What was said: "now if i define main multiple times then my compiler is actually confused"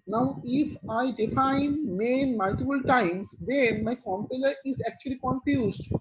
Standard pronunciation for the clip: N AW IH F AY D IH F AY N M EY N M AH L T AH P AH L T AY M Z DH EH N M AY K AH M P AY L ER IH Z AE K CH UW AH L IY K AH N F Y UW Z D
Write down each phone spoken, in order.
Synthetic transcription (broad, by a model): N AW IH F AY D IH F AY N M EY N M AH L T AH F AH L T AY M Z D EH N M AY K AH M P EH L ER IH Z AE K CH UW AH L IY K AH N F Y UW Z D